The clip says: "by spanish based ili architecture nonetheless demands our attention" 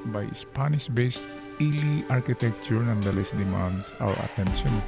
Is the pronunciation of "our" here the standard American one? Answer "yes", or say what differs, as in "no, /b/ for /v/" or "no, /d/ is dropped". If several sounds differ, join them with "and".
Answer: no, /w/ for /ɹ/